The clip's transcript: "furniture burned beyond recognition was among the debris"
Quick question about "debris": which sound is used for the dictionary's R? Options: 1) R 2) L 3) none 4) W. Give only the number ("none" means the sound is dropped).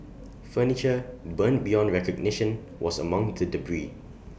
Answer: 1